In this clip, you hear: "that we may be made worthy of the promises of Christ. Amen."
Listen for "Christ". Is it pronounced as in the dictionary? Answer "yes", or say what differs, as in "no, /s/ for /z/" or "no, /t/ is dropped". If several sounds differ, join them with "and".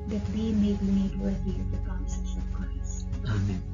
no, /t/ is dropped